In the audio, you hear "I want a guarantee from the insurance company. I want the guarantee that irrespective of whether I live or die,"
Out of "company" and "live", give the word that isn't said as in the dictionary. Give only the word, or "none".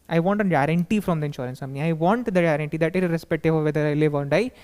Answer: company